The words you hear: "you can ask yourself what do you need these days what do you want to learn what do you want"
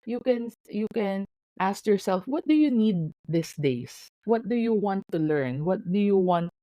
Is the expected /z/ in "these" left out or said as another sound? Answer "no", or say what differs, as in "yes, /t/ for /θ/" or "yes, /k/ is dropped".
yes, /s/ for /z/